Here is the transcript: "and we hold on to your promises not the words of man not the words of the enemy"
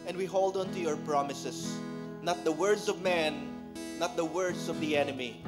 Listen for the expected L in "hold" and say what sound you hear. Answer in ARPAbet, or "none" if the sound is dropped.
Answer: L